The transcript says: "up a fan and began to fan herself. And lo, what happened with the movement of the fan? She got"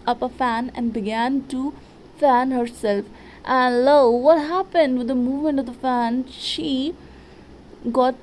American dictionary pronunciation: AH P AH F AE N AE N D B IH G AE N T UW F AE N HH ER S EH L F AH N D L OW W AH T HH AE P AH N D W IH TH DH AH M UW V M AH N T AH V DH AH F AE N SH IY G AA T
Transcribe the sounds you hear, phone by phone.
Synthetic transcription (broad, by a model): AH P AH F AE N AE N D B IH G AE N T UW F AE N HH ER S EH L F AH N L OW W AH T HH AE P AH N D W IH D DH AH M UW V M AH N T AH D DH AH F AE N SH IY G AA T